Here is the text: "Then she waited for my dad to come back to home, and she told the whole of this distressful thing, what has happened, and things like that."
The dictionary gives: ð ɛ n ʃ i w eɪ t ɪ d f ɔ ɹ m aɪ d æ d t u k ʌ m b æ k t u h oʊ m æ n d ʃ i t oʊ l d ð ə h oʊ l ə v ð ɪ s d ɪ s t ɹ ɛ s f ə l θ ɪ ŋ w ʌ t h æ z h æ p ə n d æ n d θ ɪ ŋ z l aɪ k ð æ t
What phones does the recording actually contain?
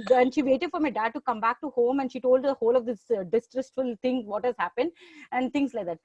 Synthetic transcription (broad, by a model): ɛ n ʃ i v eɪ t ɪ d f ɔ ɹ m aɪ d æ d t u k ʌ m b æ k t u h oʊ m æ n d ʃ i t oʊ l d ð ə h oʊ l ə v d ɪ s d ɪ s t ɹ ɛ s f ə l t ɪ ŋ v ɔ t h æ z h æ p ə n d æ n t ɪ ŋ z l aɪ k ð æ t